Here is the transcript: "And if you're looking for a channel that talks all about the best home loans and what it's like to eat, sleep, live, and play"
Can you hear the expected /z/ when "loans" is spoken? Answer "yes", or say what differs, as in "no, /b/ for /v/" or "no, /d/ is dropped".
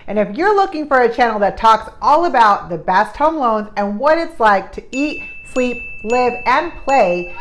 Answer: yes